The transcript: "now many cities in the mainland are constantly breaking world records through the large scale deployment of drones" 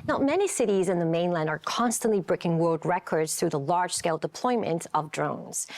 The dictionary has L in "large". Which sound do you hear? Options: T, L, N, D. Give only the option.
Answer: L